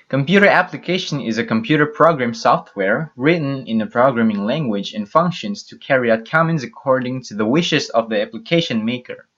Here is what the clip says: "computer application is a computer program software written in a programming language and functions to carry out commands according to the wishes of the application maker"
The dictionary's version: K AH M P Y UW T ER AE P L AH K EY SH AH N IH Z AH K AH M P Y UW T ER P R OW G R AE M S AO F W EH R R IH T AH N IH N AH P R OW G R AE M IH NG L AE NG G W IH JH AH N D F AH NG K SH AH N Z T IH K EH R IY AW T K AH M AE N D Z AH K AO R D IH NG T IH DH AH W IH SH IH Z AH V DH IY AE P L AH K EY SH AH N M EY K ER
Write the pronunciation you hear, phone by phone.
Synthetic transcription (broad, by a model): K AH M P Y UW T ER AE P L AH K EY SH AH N IH Z AH K AH M P Y UW T ER P R OW G R AE M S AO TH W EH R R IH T N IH N AH P R OW G R AE M IH NG L AE NG G W IH JH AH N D F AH NG K SH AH N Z T IH K EH R IY AW T K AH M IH N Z AH K AO R D IH NG T IH DH AH W IH SH IH Z AH V DH IY AE P L AH K EY SH AH N M EY K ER